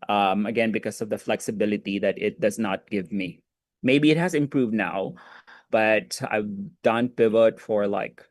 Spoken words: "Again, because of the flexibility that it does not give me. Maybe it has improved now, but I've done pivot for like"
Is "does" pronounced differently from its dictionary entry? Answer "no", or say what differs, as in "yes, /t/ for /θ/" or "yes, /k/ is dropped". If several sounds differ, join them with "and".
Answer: no